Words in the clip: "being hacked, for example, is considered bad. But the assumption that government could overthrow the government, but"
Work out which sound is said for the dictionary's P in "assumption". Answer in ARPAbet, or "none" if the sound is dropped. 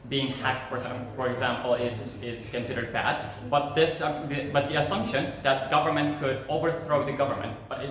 P